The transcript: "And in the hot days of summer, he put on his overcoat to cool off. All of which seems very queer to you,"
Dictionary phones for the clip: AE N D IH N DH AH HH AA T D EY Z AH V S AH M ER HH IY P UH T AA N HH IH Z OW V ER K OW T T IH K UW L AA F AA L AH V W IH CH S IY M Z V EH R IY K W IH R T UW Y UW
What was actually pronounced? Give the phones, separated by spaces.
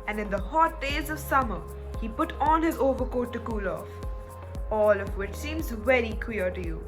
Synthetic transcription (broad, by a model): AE N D IH N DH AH HH AA T D EY Z AH V S AH M ER HH IY P UH T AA N HH IH Z OW V ER K OW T T IH K UW L AA F AA L AH V W IH CH S IY M Z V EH R IY K W IH R T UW Y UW